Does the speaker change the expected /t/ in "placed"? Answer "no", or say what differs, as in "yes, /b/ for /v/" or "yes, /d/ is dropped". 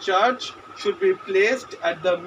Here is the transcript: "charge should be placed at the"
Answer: no